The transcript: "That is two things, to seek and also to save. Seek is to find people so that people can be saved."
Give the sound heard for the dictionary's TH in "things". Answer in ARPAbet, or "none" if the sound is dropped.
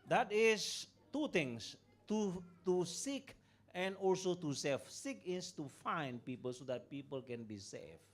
T